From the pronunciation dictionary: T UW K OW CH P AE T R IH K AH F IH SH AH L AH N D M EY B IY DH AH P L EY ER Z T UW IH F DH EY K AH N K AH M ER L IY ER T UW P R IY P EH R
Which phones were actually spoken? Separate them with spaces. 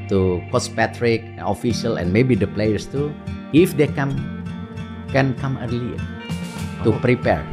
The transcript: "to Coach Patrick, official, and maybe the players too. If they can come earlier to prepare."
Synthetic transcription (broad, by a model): T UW K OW S P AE T R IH K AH F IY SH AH L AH N M EY B IY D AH P L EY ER S T UW IH F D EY K AH N K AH M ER L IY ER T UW P R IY P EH R